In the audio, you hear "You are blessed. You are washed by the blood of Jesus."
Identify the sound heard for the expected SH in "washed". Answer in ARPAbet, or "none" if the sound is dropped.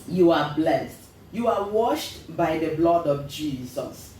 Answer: SH